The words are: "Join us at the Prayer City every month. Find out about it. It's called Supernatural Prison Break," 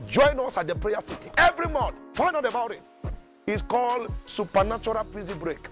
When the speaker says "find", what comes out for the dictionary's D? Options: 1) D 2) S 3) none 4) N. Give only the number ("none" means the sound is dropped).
3